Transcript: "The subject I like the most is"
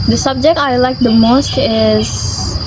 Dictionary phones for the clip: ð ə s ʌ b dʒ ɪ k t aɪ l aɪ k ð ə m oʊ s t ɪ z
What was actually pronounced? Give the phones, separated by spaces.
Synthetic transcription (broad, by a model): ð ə s ʌ b dʒ ɪ k t aɪ l aɪ k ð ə m oʊ s t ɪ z